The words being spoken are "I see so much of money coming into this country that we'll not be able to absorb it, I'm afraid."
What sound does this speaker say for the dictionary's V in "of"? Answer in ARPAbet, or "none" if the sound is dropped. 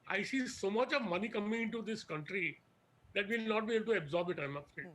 V